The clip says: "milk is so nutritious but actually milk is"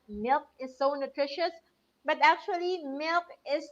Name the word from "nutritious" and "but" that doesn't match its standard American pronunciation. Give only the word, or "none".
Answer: none